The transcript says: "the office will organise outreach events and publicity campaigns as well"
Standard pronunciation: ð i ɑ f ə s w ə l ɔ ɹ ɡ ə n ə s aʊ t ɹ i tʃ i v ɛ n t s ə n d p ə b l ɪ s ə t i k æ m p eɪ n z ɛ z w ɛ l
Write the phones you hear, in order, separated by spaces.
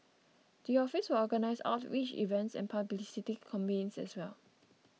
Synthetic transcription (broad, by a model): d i ɑ f ə s w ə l ɔ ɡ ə n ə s aʊ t w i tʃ i v ɛ n t s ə n p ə b l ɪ s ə t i k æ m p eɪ n s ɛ s w ɛ l